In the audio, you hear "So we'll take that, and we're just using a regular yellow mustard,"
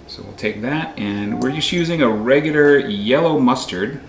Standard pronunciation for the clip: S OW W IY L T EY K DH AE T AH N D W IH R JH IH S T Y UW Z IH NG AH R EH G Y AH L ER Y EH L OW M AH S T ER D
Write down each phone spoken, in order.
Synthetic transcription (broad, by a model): S OW W IY L T EY K DH AE T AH N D W IH R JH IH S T Y UW Z IH NG AH R EH G Y L ER Y EH L OW M AH S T ER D